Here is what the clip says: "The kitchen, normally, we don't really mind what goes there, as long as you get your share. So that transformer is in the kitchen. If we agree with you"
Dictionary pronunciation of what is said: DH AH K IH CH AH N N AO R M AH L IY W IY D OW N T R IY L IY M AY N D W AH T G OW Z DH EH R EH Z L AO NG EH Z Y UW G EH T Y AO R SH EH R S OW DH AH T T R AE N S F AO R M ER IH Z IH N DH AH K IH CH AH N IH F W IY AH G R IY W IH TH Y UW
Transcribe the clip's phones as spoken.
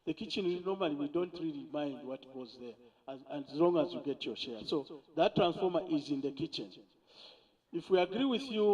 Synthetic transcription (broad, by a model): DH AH K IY CH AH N N AO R M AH L IY W IY D OW N T R IY L IY M AY N D W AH T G OW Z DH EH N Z L AO NG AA Z Y UW G EH T Y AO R SH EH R S OW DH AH T T R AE N S F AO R M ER IH Z IH N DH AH K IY CH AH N IH F W IY AH G R IY W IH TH Y UW